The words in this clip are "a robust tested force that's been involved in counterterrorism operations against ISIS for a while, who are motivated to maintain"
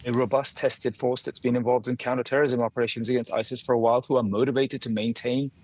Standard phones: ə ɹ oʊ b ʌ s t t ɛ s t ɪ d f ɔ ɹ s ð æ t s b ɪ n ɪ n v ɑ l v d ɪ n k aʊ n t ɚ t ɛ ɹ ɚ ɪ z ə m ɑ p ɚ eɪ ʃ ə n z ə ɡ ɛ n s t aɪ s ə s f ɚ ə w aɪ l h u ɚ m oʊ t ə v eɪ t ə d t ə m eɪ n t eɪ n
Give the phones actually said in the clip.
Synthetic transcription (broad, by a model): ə ɹ oʊ b ʌ s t t ɛ s t ɪ d f ɔ ɹ s ð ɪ t s b ɪ n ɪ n v ɑ l v d ɪ n k aʊ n t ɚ t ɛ ɹ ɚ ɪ z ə m ɑ p ɚ eɪ ʃ ə n z ə ɡ ɛ n s t aɪ s ə s f ɚ ə w aɪ l h u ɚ m oʊ t ə v eɪ t ə d t ə m eɪ n t eɪ n